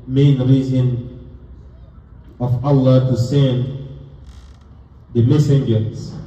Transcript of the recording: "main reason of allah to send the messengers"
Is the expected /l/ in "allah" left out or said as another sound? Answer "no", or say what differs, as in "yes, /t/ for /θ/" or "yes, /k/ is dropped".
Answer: no